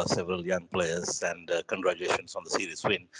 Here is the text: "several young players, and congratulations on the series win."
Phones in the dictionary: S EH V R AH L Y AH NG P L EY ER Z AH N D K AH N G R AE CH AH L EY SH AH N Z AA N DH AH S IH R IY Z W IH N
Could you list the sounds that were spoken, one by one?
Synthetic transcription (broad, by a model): S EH V R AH L Y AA NG P L EY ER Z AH N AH K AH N G R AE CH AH EY SH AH N S AA N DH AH S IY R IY S W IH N